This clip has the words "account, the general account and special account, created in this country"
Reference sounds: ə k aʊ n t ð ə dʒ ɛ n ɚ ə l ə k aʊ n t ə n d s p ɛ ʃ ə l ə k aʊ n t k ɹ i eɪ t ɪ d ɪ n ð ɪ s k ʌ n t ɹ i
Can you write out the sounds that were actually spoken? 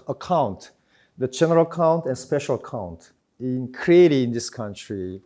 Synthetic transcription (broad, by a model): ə k aʊ n t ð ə dʒ ɛ n ɚ ə l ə k aʊ n t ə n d s p ɛ ʃ ə l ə k aʊ n t k ɹ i eɪ t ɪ ɪ n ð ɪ s k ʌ n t ɹ i